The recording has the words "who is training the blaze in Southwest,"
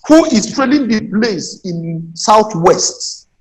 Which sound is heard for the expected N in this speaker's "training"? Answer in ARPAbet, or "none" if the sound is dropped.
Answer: L